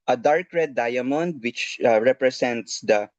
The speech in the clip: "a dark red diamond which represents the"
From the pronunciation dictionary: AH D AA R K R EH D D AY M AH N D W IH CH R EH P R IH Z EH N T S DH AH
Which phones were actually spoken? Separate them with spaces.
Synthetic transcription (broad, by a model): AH D AA R K R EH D D AY M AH N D W IH CH R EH P R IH S EH N T S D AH